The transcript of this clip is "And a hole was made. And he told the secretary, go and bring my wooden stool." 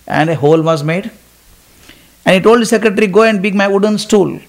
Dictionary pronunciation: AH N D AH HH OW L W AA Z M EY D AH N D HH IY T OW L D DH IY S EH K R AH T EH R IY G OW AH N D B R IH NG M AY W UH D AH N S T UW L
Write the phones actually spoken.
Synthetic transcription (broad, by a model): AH N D AH HH OW L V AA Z M EY D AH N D HH IY T OW L D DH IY S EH K R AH T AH R IY G OW AH N D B IH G M AY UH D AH N S T UW L